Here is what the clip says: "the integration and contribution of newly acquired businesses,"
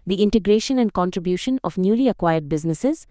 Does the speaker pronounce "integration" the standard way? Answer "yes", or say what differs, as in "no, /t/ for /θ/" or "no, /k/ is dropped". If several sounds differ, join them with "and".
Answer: yes